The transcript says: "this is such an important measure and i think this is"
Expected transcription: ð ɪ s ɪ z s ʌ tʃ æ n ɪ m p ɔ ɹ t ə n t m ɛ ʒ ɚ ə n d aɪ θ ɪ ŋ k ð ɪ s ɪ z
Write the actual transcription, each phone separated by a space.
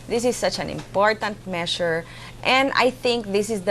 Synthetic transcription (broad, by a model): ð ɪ s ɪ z s ʌ tʃ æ n ɪ m p ɔ ɹ t ə n t m ɛ ʃ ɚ ə n d aɪ θ ɪ ŋ k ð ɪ s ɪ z